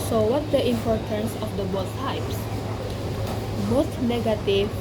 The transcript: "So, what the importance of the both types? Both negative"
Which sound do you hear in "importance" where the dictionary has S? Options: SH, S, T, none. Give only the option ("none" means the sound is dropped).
S